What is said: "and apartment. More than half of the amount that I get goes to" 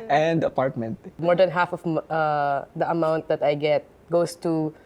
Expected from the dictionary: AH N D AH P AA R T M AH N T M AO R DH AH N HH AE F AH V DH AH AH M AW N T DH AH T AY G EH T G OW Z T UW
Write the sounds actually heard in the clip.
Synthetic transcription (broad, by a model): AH N D AH P AA R T M AH N T M AO R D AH N HH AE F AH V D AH AH M AW N T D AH T AY G EH T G OW S T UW